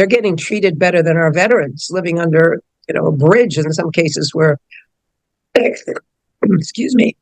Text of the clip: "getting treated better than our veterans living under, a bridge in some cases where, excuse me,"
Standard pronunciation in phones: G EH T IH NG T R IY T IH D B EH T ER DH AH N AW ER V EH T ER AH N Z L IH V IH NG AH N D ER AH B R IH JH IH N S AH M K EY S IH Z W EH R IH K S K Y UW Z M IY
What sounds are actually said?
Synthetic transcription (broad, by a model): G EH T IH NG T R IY T IH D B EH T ER DH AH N AW ER V EH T ER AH N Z L IH V IH NG AH N D ER AH B R IH JH IH N S AH M K EY S IH Z W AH R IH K S K Y UW Z M IY